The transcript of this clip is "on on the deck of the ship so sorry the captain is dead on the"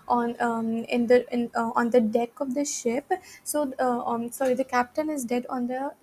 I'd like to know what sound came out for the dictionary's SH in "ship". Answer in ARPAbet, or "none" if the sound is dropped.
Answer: SH